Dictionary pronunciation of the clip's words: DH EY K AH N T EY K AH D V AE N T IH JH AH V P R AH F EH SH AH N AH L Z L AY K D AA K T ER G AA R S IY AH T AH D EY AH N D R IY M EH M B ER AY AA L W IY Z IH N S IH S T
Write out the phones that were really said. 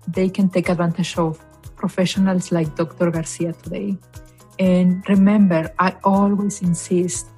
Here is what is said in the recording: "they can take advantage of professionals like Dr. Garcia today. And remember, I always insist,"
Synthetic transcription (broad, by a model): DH EY K AH N T EY K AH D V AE N T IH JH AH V P R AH F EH SH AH N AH L S L AY K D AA K T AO G AA R S IY AH T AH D EY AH N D R IY M EH M B ER AY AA L W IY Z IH N S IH S T